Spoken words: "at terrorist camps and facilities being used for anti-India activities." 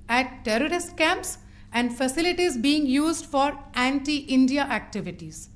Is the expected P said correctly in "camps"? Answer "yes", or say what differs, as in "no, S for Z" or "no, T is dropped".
yes